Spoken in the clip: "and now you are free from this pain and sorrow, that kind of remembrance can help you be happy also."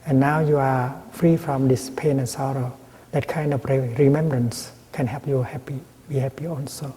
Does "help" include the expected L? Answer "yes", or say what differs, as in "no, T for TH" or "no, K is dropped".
no, L is dropped